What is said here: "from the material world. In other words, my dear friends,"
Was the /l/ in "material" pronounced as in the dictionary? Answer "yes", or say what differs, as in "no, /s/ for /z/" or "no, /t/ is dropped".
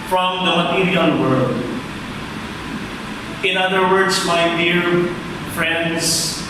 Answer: no, /n/ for /l/